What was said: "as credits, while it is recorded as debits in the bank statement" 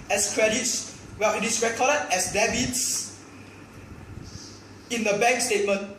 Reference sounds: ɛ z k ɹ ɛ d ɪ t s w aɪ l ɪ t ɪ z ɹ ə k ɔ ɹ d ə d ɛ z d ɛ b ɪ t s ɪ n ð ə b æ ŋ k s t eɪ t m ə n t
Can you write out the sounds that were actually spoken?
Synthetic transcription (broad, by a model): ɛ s k ɹ ɛ d ɪ t s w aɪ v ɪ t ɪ s ɹ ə k ɔ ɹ d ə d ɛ s d ɛ b ɪ t s ɪ n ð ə b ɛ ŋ k s t eɪ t m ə n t